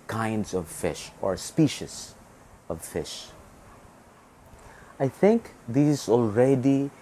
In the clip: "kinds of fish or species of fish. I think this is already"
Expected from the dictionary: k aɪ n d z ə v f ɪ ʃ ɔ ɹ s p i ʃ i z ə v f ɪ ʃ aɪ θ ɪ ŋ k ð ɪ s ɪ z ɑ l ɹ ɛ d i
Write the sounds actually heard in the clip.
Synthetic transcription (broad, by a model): k aɪ n d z ə v f ɪ ʃ ɔ ɹ s p i ʃ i s ə v f ɪ ʃ aɪ θ ɪ ŋ k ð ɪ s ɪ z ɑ l ɹ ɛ d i